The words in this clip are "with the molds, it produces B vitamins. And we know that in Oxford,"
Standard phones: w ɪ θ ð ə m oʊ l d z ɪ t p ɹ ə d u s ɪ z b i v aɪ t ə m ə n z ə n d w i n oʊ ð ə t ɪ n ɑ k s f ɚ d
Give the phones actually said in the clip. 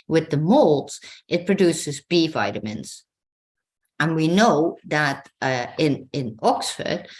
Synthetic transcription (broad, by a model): w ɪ ð ə m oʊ l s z ɪ t p ɹ ə d u s ɪ z b i v aɪ t ə m ə n z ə n w i n oʊ ð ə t ɪ n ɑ k s f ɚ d